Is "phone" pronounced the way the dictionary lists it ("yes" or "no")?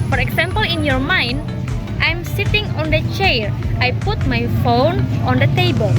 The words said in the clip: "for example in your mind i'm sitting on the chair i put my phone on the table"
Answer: yes